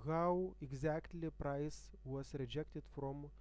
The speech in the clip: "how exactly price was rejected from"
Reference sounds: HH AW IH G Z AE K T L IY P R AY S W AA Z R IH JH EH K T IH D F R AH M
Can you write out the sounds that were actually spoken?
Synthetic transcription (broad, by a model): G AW IH G Z AE K T L IY P R AY S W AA S R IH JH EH K T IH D F R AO M